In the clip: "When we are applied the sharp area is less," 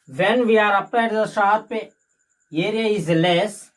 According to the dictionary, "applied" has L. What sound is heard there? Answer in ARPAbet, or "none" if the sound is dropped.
none